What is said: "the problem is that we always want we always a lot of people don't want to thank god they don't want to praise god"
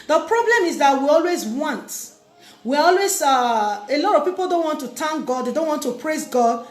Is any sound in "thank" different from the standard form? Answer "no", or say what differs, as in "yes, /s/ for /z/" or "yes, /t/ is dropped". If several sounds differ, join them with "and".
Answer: yes, /t/ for /θ/